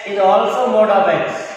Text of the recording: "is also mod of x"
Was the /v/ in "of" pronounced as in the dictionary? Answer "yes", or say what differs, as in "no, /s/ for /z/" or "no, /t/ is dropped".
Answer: no, /b/ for /v/